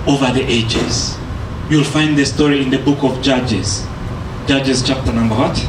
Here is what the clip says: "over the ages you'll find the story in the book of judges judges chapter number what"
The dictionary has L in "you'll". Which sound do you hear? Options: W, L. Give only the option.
L